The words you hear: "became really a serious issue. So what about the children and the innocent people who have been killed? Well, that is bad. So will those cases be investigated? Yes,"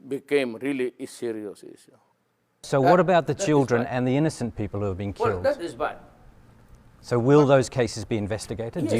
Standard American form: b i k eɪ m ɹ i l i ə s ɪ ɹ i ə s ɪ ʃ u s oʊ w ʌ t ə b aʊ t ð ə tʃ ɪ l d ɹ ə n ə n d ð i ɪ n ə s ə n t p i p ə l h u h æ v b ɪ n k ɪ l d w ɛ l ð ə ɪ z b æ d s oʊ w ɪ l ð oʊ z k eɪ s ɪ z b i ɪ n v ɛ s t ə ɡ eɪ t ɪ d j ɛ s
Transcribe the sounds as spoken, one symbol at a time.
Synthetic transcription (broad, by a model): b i k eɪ m ɹ i l i s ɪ ɹ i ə s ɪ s s oʊ w ʌ t ə b aʊ t ð ə tʃ ɪ l d ɹ ə n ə n ð i ɪ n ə s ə n p i p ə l h u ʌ v b ɪ n k ɪ l d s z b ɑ s oʊ w ɪ l ð oʊ z k eɪ s ɪ z b i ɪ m v ɛ s t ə ɡ eɪ t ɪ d